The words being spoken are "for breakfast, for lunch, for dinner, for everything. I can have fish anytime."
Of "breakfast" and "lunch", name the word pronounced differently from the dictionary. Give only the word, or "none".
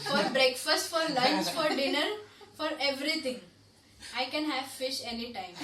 lunch